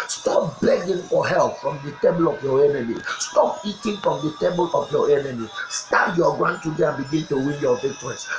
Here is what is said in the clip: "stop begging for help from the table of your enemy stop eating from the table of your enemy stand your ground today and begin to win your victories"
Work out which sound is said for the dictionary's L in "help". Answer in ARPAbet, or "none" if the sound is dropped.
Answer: L